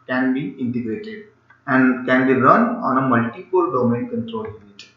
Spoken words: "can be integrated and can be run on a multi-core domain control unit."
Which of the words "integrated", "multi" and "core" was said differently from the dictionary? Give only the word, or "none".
core